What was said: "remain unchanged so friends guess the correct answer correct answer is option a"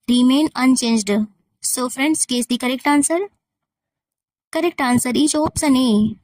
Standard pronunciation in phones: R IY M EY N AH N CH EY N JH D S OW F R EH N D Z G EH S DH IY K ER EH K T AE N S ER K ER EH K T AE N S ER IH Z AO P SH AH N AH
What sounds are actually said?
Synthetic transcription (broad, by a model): R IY M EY N AH N CH EY N JH D S OW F R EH N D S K EH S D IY K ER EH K T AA N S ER K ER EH K T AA N S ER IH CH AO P S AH N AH